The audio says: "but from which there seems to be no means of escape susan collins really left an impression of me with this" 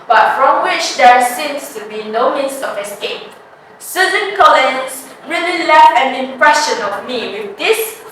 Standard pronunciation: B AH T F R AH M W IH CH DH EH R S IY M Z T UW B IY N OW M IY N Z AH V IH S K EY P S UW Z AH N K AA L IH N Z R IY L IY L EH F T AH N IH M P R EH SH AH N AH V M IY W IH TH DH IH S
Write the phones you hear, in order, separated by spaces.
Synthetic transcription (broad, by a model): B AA T F R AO M W IH CH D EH R S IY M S T UW B IY N OW M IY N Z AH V IH S K EY P S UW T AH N K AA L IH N S R IY L IY L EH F AH N IH M P R EH SH AH N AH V M IY W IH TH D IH S